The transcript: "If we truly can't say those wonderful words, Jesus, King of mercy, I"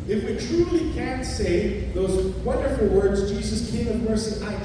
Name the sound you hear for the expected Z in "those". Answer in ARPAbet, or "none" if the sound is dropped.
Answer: Z